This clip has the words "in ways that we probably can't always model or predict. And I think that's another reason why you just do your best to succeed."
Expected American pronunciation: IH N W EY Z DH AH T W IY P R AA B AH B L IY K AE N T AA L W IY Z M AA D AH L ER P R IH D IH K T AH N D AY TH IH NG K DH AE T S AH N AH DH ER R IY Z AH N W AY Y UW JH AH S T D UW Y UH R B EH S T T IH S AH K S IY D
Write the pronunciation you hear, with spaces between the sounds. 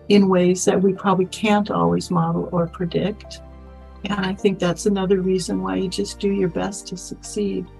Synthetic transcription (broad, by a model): IH N W EY Z DH AH T W IY P R AA B AH B L IY K AE N T AA L W IY Z M AA D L ER P R IH D IH K T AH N AY TH IH NG K DH AE T S AH N AH DH ER R IY Z AH N W AY Y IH JH AH S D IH Y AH R B EH S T T IH S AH K S IY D